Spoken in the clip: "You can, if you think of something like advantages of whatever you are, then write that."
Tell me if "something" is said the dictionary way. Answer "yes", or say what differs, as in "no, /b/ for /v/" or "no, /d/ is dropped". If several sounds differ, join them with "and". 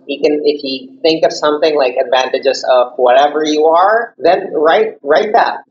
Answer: yes